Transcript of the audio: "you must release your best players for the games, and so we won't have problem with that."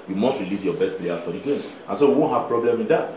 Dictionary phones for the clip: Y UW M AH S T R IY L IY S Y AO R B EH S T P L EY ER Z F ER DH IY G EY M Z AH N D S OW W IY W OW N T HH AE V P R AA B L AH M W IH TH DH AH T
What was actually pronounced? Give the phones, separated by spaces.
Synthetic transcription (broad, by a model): Y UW M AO S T R IY L IY S Y AO B EH S T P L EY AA F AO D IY G EY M AH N S OW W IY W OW N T HH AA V P R AA B L AH M W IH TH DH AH T